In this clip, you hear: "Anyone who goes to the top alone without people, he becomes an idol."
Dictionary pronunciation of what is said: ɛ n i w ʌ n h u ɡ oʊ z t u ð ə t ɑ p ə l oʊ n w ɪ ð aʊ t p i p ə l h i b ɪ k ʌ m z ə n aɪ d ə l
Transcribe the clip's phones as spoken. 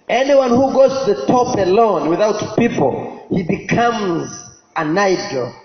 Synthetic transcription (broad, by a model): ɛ n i w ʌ n h u ɡ oʊ z t u ð ə t ɑ p ə l oʊ n w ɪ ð aʊ t p i p ə l h i b ɪ k ʌ m z ə n aɪ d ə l